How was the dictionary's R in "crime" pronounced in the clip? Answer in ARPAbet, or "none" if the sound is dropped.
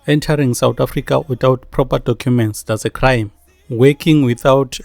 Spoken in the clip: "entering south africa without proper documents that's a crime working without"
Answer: R